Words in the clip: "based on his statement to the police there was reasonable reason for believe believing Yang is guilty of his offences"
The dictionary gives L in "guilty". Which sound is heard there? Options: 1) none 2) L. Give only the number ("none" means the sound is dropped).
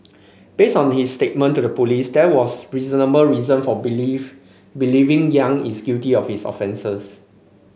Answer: 1